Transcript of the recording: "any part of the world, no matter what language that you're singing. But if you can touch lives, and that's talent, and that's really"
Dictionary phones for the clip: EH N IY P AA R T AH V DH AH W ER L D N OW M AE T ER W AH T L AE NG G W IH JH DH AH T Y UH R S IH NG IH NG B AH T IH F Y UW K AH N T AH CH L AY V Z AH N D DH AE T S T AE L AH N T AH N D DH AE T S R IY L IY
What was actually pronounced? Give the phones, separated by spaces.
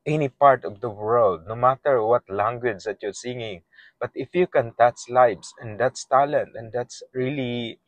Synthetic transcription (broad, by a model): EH N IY P AA R T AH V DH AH W ER L D N OW M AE T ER W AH T L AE NG G W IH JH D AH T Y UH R S IH NG IH NG B AH T IH F Y UW K AH N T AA S L AY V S AH N D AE T S T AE L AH N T AH N D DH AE T S R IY L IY